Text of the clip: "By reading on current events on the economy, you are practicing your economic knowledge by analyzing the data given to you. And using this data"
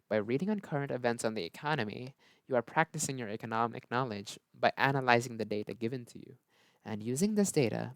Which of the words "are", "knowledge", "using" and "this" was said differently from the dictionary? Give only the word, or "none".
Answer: none